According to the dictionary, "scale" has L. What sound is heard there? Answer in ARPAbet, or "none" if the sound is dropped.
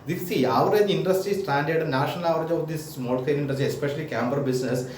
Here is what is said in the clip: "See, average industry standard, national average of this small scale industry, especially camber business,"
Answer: N